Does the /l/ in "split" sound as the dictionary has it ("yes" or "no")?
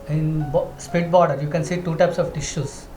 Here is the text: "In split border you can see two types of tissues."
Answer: no